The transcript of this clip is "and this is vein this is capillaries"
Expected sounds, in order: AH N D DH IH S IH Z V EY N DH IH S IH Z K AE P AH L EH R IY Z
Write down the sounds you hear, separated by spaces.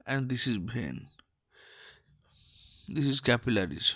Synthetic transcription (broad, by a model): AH N D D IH S IH Z B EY N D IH S IH Z K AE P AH L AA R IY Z